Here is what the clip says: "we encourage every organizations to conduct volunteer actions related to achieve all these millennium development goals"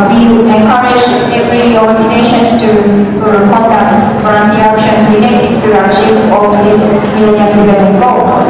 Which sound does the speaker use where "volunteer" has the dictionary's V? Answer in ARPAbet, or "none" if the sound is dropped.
F